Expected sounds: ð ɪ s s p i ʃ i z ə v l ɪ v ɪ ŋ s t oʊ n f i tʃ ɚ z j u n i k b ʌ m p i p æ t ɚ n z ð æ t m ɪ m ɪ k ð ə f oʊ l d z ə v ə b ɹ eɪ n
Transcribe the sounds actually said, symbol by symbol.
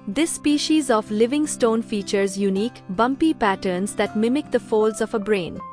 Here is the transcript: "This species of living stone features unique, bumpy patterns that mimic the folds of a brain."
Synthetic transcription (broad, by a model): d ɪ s s p i ʃ i z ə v l ɪ v ɪ ŋ s t oʊ n f i tʃ ɚ z j u n i k b ʌ m p i p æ t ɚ n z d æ t m ɪ m ɪ k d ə f oʊ l d z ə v ə b ɹ eɪ n